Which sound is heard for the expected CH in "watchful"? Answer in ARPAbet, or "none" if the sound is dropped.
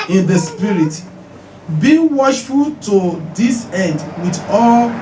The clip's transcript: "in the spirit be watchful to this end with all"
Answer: SH